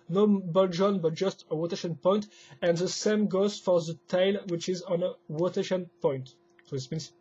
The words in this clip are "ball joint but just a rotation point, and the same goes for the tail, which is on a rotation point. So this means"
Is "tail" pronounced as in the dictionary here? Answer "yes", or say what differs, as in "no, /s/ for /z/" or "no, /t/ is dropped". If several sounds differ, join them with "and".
yes